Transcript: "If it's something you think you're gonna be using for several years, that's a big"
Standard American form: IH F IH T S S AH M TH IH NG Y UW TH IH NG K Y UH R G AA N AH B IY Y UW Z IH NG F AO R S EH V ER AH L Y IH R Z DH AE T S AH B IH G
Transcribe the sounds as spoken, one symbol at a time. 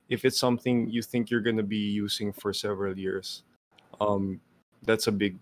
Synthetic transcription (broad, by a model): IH F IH T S S AH M TH IH NG Y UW TH IH NG K Y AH R G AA N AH B IY Y UW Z IH NG F AO R S EH V ER AH L Y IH R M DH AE T S AH B IH G